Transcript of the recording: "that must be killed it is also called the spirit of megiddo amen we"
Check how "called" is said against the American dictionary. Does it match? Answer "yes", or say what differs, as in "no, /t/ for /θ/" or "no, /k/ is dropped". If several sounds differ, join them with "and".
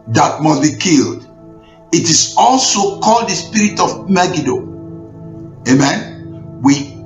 yes